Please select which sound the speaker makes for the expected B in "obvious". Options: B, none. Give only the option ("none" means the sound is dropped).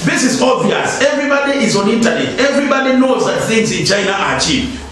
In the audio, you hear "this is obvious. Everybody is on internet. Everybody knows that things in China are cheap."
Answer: none